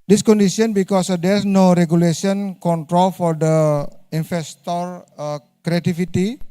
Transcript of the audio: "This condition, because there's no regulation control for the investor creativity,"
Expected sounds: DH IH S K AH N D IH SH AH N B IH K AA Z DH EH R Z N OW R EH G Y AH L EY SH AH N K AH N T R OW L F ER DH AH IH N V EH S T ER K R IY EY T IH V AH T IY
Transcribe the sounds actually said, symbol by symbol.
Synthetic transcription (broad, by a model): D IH S K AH N D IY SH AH N B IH K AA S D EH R S N OW R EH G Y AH L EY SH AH N K AH N T R OW L F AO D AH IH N F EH S T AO K R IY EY T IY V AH T IY